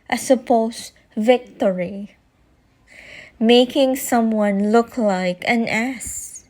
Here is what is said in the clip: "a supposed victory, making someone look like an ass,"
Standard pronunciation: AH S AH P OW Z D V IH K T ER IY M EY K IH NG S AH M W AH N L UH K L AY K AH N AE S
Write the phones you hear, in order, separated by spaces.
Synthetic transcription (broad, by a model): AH S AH P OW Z V IH K T ER IY M EY K IH NG S AH M W AH N L UH K L AY K AH N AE S